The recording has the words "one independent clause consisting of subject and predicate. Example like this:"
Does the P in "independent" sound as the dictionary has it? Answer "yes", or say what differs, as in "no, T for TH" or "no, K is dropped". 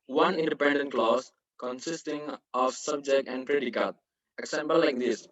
yes